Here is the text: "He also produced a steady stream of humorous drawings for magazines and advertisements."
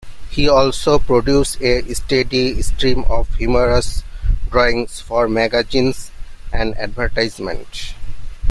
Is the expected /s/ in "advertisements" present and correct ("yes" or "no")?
no